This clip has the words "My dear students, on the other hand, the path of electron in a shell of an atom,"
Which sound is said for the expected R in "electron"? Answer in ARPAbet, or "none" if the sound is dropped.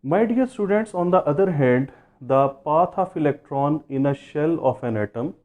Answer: R